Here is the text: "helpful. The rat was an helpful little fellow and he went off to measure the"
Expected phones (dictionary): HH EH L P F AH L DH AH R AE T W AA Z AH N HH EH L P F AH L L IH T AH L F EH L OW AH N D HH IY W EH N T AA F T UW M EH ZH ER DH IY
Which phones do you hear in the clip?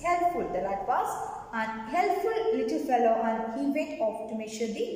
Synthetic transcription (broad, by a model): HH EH L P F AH L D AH L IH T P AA S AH N HH EH L P F AH L L IH T AH L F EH L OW AH N D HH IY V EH T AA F T UW M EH SH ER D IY